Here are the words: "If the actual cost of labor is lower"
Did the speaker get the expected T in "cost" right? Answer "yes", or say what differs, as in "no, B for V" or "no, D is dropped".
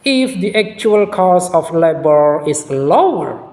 no, T is dropped